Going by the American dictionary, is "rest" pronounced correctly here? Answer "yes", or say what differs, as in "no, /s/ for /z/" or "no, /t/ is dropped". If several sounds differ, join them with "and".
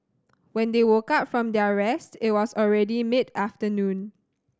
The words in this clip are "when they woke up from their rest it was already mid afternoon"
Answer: yes